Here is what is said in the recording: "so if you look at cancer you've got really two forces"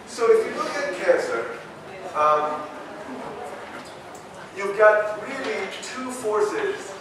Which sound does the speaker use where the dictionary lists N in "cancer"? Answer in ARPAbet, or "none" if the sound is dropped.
none